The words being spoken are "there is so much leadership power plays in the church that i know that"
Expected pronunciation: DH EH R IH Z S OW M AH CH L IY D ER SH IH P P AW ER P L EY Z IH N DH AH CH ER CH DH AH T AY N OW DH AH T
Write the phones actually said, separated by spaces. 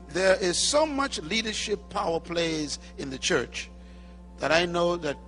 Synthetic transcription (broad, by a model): DH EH R IH Z S OW M AH CH L IY D ER SH IH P P AW ER P L EY Z IH N DH AH CH ER CH DH AH T AY N OW DH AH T